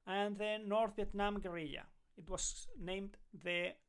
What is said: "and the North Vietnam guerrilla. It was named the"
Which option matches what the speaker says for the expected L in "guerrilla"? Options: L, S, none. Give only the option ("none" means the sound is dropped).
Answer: none